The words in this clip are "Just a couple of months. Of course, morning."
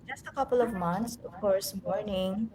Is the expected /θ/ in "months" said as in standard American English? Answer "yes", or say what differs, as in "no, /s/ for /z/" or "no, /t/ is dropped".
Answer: no, /t/ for /θ/